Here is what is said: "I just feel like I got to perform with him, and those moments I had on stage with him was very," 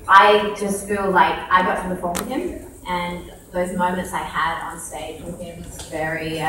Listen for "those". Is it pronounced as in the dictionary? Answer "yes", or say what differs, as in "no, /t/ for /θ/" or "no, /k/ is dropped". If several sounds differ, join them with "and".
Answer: yes